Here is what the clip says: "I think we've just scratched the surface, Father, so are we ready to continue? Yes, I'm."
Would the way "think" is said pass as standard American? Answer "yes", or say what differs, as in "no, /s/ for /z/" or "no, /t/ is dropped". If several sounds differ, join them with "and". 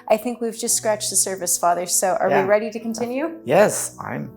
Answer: yes